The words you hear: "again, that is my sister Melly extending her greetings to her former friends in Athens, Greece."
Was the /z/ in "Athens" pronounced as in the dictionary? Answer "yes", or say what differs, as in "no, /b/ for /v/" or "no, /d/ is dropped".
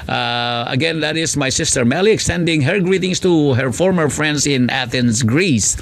no, /s/ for /z/